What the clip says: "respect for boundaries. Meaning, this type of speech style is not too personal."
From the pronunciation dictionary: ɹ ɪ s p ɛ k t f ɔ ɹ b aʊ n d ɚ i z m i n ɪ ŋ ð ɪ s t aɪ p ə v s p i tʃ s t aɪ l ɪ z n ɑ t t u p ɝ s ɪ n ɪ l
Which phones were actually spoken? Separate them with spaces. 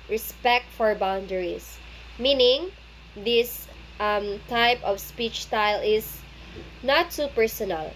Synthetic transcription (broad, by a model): ɹ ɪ s p ɛ k t f ɔ ɹ b aʊ n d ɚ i s m i n ɪ ŋ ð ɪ s t aɪ p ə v s p i tʃ s t aɪ l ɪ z n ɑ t t u p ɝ s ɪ n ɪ l